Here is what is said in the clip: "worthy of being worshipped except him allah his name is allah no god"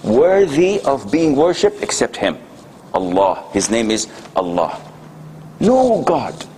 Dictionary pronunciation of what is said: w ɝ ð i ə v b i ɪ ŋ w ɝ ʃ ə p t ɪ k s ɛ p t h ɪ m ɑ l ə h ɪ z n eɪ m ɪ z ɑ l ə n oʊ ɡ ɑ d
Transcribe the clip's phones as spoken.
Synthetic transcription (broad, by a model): w ɝ ð i ə v b i ɪ ŋ w ɝ ʃ ə p t ɪ k s ɛ p t h ɪ m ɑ l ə h ɪ z n eɪ m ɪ z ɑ l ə n oʊ ɡ ɑ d